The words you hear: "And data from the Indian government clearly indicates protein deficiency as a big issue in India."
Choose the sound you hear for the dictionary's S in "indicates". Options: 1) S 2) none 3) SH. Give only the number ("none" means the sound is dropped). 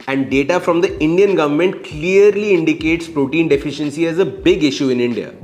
1